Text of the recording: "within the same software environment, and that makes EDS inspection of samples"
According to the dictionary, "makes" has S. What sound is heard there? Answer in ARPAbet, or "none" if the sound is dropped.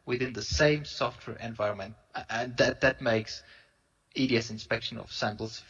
S